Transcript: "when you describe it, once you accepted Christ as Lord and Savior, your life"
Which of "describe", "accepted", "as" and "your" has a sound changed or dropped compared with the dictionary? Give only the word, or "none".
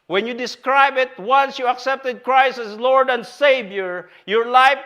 as